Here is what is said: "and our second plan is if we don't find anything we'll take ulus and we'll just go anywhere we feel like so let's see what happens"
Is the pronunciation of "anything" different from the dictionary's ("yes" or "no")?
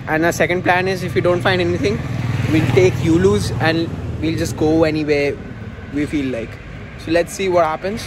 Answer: yes